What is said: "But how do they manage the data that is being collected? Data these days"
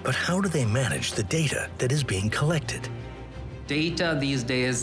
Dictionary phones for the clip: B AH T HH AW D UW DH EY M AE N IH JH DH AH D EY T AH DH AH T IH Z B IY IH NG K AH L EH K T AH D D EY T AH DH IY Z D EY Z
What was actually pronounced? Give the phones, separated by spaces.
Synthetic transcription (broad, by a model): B AH T HH AW D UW DH EY M AE N IH JH DH AH D EY T AH DH AH T IH Z B IY IH NG K AH L EH K T AH D D EY T AH DH IY Z D EY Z